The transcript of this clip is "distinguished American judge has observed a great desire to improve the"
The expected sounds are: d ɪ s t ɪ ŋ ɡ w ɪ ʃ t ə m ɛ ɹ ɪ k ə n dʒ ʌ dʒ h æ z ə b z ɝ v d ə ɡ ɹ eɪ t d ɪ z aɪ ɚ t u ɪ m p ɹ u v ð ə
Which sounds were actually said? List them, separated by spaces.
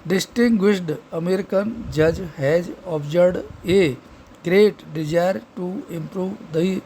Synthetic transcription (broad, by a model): d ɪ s t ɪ ŋ ɡ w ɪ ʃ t ə m ɛ ɹ ɪ k ə n dʒ ʌ dʒ h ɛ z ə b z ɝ d ə ɡ ɹ eɪ t d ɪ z aɪ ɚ t u ɪ m p ɹ u v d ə